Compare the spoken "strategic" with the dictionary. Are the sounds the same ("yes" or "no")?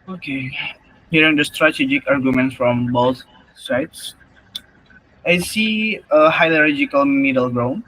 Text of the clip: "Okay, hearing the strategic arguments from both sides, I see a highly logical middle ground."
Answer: yes